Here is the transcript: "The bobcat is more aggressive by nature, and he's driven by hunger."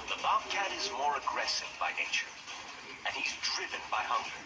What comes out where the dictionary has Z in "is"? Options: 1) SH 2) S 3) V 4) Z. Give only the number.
4